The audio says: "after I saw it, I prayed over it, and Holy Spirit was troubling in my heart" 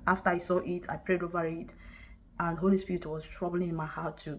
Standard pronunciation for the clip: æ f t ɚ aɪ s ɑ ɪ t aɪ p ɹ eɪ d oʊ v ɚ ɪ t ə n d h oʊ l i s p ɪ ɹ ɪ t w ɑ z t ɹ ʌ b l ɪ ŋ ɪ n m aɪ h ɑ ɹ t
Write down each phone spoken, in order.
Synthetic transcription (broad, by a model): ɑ f t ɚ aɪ s ɑ ɪ t aɪ p ɹ eɪ d oʊ v ɚ ɪ t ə n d h oʊ l i s p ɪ ɹ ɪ t w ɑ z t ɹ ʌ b l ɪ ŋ ɪ n m aɪ h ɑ t